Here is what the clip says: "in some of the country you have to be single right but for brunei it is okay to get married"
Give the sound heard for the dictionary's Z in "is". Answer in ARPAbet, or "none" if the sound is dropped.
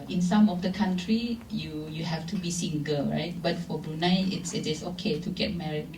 S